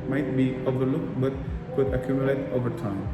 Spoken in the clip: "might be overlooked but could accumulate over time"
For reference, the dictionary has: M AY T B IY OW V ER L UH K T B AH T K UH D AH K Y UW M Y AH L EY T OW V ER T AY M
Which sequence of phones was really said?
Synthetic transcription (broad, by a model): M AY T B IY OW V ER L UH K T B AH T K UH D AH K Y UW M Y AH L EY T OW V ER T AY M